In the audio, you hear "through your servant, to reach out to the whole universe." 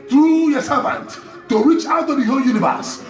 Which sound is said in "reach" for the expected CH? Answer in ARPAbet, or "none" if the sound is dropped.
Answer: CH